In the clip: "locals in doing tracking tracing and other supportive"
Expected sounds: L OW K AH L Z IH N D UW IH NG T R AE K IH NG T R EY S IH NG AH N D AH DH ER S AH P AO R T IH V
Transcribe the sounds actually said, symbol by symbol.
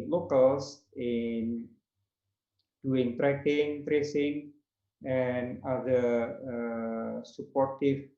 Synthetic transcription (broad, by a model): L OW K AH L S IH N D UW IH NG T R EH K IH NG T R EY S IH NG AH N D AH ER S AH P AO R T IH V